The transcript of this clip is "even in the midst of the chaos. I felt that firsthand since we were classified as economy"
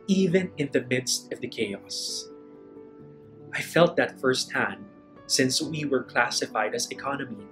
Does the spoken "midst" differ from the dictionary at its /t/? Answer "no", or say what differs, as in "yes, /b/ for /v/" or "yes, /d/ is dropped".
no